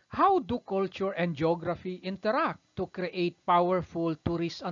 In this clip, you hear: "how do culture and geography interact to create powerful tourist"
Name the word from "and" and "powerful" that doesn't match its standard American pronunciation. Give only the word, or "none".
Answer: none